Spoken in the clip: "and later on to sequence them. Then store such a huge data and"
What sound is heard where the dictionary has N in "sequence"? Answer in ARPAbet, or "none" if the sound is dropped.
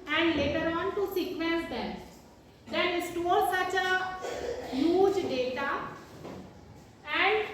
none